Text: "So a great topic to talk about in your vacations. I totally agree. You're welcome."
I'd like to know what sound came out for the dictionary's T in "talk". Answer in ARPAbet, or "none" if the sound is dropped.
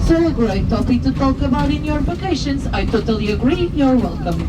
T